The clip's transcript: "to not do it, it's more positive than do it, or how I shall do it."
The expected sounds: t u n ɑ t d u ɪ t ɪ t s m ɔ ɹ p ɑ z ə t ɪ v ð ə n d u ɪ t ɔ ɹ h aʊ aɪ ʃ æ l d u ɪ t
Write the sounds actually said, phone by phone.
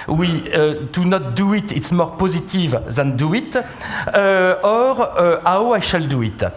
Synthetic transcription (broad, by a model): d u n ɑ t d u ɪ t ɪ t s m ɔ ɹ p ɑ z ə t ɪ v ð ə n d u ɪ t ɔ ɹ aʊ aɪ ʃ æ l d u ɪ t